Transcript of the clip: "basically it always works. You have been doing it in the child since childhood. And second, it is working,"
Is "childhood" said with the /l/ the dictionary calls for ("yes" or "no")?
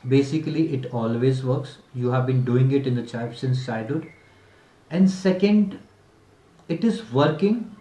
no